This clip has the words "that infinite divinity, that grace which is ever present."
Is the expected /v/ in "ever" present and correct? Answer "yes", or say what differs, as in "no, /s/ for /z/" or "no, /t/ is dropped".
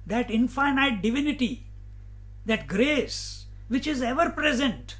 yes